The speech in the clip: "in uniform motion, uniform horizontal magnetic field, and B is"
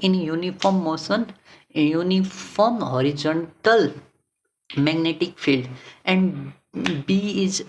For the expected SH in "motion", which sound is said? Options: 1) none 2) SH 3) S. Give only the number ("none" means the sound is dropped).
3